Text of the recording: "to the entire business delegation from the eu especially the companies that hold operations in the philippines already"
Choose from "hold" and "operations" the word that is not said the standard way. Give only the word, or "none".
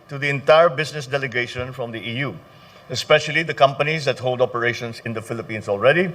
operations